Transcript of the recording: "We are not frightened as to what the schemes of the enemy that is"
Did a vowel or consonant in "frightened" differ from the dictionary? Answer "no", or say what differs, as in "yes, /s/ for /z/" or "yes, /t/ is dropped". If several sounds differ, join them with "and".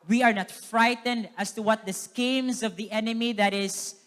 no